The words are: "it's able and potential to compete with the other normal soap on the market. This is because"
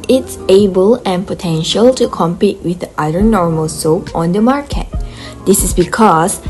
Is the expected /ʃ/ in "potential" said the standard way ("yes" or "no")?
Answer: yes